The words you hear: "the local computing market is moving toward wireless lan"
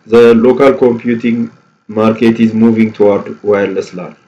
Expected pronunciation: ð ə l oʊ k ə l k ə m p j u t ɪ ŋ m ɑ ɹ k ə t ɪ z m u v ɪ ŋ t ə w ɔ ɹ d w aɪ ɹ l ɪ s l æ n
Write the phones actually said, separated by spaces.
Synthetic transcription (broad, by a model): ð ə l oʊ k ə l k ə m p j u t ɪ ŋ m ɑ ɹ k ə t ɪ z m u v ɪ ŋ t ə w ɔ ɹ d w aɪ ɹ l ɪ s l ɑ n